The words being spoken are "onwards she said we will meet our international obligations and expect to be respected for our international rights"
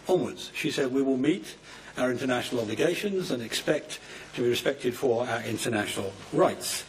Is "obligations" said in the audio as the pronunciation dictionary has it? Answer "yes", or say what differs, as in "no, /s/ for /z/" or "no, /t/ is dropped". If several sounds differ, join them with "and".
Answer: yes